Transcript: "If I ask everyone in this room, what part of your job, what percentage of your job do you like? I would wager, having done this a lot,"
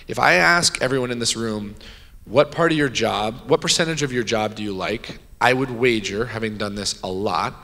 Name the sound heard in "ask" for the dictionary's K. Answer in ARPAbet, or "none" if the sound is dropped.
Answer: K